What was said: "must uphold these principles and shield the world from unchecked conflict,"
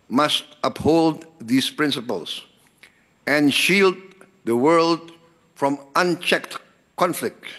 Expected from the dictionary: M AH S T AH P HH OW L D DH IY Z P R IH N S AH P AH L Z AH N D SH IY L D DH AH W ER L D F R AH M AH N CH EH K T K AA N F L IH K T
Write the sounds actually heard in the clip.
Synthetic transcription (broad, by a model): M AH S T AH P HH OW L D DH IY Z P R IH N S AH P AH L S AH N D SH IY L D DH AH W ER L D F R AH M AH N CH EH K T K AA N F L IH K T